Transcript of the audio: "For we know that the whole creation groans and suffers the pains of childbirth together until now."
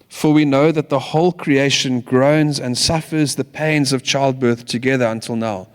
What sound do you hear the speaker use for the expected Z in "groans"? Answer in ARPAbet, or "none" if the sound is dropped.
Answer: Z